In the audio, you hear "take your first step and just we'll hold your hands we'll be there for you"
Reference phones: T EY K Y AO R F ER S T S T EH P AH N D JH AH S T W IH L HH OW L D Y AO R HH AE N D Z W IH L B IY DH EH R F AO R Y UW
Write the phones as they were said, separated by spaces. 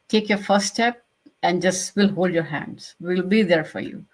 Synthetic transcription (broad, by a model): T EY K Y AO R F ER T S T EH P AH N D JH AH S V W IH L HH OW L D Y AO R HH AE N D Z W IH L B IY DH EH R F AO R Y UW